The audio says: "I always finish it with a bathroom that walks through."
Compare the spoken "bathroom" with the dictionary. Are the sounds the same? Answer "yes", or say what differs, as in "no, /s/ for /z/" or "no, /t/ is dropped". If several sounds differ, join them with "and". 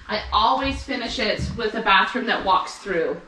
yes